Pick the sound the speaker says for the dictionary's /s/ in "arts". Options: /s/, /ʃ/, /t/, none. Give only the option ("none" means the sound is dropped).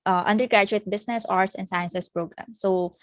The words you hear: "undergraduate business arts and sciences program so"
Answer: /s/